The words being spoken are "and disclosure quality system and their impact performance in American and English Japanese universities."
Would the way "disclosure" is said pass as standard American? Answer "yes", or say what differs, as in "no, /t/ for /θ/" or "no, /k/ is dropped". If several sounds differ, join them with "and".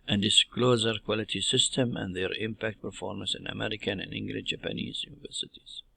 no, /z/ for /ʒ/